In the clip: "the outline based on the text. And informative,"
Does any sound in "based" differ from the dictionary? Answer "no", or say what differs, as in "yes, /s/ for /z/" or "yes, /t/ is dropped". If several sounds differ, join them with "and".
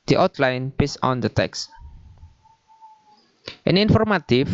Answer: yes, /t/ is dropped